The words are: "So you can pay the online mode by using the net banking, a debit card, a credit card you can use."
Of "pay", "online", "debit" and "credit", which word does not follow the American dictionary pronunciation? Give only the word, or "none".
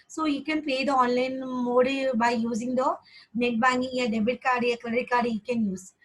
credit